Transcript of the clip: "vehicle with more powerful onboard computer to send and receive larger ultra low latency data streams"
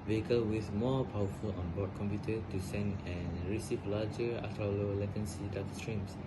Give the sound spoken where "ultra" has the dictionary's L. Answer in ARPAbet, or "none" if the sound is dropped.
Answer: none